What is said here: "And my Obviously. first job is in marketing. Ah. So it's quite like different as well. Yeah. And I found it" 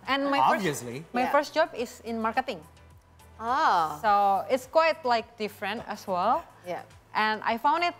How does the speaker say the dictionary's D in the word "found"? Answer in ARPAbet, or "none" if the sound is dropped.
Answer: D